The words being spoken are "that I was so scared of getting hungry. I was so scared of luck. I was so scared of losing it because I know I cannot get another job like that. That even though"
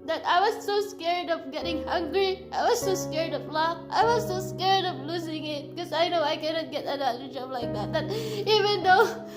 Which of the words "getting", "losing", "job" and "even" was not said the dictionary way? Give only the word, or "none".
none